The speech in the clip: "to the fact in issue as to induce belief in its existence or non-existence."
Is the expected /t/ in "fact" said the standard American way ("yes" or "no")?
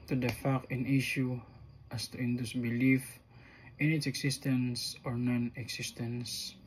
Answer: no